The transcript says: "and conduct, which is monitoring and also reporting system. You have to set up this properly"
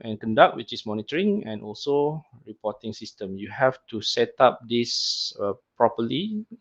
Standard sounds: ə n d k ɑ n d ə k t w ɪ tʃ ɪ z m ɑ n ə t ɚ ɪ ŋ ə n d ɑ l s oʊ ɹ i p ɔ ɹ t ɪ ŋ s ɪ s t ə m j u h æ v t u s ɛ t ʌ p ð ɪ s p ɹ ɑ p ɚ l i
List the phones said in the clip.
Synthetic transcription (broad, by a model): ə n k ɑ n d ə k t w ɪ tʃ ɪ s m ɑ n ə t ɚ ɪ ŋ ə n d ɑ l s oʊ ɹ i p ɔ t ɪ ŋ s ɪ s t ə m j u h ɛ f t u s ɛ t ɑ p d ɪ s p ɹ ɑ p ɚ l i